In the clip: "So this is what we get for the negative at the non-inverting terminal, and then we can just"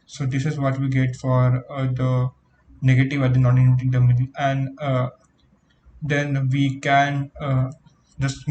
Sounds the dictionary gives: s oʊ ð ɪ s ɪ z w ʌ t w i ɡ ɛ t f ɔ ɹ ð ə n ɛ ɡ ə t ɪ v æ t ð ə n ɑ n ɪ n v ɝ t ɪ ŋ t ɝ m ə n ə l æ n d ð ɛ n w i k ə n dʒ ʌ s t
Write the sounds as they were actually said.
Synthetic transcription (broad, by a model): s oʊ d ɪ s ɪ z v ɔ t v i ɡ ɛ t f ɔ ɹ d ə n ɛ ɡ ə t ɪ v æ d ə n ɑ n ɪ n ɝ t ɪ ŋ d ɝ m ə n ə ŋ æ n d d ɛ n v i k ə n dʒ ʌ s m